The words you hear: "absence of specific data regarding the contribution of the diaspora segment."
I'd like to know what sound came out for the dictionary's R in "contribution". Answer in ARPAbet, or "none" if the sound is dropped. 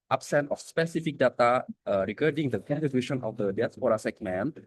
none